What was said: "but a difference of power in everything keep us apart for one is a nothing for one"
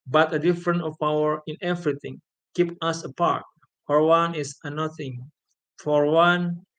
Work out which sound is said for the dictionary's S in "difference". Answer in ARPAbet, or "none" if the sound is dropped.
none